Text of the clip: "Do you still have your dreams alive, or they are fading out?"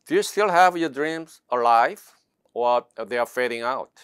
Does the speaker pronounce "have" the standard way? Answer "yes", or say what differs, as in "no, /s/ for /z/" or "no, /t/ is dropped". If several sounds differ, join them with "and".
yes